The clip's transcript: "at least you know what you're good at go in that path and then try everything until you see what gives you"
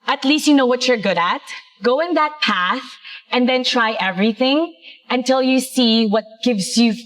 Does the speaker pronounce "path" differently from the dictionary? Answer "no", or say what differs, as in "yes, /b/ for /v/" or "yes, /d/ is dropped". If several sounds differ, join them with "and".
no